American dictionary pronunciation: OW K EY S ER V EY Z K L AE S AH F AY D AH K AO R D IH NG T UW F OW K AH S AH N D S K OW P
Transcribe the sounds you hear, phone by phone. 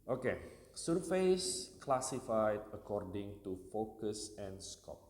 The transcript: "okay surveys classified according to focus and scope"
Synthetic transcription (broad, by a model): OW K EY S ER F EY S K L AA S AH F AY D AH K AO R D IH NG T UW F OW K AH S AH N S K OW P